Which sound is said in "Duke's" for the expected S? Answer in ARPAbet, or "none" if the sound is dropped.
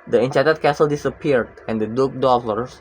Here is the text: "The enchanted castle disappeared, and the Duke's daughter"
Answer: none